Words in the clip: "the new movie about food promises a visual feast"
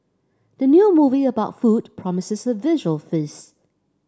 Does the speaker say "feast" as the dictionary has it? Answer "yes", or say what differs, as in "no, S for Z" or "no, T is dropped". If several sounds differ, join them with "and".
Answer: no, T is dropped